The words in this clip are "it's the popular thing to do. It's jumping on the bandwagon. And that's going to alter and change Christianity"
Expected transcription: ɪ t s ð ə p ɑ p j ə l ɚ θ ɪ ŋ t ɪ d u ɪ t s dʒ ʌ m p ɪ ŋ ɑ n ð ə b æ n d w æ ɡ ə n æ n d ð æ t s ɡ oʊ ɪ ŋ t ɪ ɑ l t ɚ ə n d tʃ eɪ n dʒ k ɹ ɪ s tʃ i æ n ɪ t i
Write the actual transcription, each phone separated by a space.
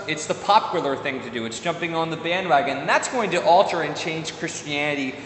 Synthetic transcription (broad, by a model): ɪ t s ð ə p ɑ p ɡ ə l ɚ θ ɪ ŋ t ɪ d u ɪ t s dʒ ʌ m p ɪ ŋ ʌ n ð ə b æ n d w æ ɡ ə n n ð æ t s ɡ oʊ ɪ ŋ t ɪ ɑ l t ɚ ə n tʃ eɪ n ʒ k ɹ ɪ s tʃ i æ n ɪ t i